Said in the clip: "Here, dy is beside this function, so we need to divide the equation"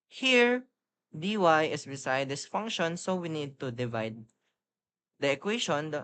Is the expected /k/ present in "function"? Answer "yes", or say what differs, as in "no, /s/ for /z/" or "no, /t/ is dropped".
yes